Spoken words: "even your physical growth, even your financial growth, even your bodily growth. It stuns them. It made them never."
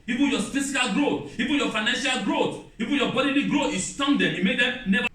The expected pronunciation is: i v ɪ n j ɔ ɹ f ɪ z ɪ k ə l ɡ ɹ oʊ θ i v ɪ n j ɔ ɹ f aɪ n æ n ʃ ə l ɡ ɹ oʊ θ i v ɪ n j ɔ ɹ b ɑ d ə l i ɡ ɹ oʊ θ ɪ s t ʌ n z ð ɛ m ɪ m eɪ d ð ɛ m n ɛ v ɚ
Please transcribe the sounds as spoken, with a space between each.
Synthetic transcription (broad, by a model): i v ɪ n j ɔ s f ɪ s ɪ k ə l ɡ ɹ oʊ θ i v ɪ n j ɔ f aɪ n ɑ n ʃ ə l ɡ ɹ oʊ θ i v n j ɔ b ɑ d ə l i ɡ ɹ oʊ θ ɪ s t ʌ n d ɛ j ɪ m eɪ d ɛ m n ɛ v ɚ